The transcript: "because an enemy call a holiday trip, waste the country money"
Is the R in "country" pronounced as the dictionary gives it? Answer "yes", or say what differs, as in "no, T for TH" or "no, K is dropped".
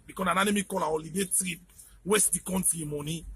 no, R is dropped